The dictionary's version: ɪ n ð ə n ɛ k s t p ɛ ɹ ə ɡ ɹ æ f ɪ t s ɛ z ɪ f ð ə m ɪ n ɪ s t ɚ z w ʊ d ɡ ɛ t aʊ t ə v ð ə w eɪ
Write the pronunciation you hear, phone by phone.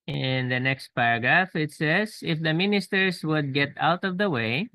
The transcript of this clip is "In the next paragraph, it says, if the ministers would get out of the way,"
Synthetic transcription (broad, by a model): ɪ n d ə n ɛ k s t p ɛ ɹ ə ɡ ɹ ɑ f ɪ t s ɛ s ɪ f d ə m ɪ n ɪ s t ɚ s w ʊ d ɡ ɛ t aʊ t ə v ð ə w eɪ